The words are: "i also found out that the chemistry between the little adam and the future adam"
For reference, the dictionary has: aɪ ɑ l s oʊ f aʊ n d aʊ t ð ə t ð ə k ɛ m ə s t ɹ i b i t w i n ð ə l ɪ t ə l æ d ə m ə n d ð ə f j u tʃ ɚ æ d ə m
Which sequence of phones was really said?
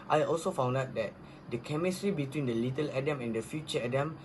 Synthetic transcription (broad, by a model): aɪ ɑ l s oʊ f aʊ n d aʊ t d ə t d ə k ɛ m ə s t ɹ i b i t w i n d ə l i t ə l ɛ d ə m ə n d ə f j u tʃ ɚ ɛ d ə m